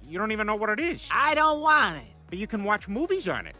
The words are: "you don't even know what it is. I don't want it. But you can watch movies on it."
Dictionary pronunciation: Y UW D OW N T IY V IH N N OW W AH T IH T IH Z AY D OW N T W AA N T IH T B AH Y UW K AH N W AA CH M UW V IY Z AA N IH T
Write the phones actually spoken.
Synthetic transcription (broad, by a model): Y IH D OW N T IY V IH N N OW W AH T IH T IH Z AY D OW N T W AA N T IH T B AH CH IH K AH N W AA CH M UW V IY Z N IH T